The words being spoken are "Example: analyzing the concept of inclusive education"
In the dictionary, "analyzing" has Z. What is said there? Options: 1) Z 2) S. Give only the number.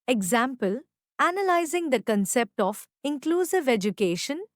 1